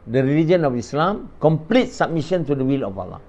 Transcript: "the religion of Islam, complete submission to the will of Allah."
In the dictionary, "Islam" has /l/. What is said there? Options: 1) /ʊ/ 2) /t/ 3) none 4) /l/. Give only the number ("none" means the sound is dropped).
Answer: 4